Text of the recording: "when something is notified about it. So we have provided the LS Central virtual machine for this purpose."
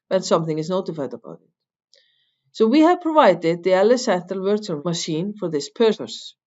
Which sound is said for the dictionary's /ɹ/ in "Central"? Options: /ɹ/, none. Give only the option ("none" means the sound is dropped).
none